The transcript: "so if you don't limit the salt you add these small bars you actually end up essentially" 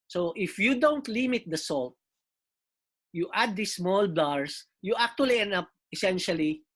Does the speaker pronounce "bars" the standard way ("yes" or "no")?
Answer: no